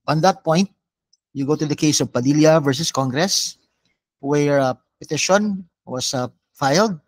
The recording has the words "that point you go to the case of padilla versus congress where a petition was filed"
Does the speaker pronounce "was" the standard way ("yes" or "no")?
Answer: no